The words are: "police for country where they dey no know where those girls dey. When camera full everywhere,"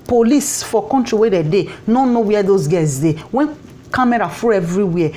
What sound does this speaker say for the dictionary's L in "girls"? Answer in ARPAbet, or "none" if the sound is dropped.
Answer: none